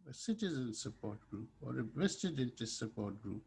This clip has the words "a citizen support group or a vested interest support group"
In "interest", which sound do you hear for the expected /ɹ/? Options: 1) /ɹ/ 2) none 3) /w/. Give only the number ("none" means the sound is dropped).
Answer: 2